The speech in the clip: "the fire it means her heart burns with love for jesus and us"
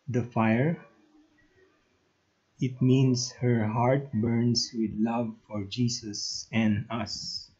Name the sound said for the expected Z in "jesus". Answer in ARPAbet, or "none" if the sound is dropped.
S